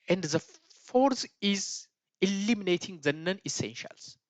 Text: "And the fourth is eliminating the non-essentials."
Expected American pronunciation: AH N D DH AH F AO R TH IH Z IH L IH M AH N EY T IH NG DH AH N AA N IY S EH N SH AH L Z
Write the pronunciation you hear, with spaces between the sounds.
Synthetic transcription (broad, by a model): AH N D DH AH F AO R S IH Z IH L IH M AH N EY T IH NG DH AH N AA N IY S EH N SH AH L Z